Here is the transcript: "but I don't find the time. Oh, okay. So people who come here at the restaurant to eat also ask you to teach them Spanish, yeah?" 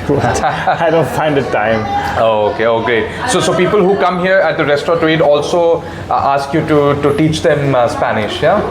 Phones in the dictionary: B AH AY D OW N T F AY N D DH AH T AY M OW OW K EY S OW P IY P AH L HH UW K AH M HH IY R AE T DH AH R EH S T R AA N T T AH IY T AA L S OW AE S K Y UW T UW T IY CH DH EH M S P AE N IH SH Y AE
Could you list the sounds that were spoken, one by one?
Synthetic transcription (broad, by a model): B AY D OW N T F AY N D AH T AY M OW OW K EY S OW P IY P AH L HH UW K AH M HH IY R AE T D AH R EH S T AA T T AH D AA L S OW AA S K Y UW T UW T IY CH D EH M S P AE N IH SH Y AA